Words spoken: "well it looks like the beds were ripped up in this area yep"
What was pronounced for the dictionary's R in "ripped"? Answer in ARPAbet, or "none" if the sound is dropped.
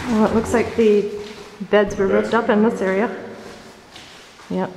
R